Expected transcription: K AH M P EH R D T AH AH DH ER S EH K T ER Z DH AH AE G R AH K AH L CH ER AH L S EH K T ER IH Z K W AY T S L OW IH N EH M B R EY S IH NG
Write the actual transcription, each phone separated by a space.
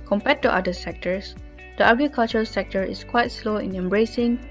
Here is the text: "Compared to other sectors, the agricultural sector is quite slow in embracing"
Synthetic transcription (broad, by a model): K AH M P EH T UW T AH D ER S EH K T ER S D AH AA G R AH K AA L CH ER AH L S EH K T ER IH S K W AY T S L OW IH N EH M B R EY S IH NG